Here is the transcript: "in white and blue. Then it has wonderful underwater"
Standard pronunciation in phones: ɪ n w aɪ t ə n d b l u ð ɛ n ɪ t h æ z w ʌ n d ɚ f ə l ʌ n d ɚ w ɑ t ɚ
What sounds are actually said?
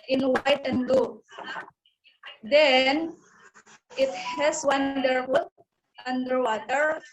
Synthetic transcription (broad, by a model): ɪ n w aɪ t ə n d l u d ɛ n ɪ t h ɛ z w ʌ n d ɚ ə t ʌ n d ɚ w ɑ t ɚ